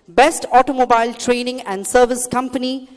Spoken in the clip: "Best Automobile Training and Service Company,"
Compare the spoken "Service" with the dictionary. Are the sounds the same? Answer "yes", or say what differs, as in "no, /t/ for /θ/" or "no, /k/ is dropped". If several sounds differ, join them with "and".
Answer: yes